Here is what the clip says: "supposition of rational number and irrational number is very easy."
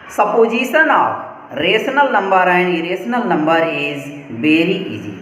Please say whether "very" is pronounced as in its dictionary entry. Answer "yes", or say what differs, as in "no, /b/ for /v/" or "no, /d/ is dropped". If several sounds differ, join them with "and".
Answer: no, /b/ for /v/